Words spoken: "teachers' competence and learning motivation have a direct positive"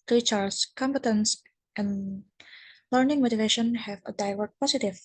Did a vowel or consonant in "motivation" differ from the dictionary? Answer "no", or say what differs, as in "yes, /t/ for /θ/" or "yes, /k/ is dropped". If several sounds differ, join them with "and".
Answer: no